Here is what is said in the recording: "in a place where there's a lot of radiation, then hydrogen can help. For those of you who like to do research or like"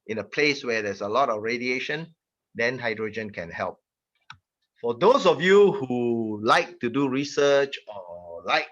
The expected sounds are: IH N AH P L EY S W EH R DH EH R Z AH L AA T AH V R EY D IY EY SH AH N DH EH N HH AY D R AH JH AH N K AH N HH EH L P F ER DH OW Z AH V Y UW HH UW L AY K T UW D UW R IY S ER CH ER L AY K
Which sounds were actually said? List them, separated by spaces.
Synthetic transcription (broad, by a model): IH N AH P L EY S W EH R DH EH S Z AH L AA T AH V R EY D IY EY SH AH N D EH N HH AY D R AH JH AH N K AH N HH EH L P F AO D OW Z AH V Y UW HH UW L AY K T UW D UW R IY S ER CH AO L AY K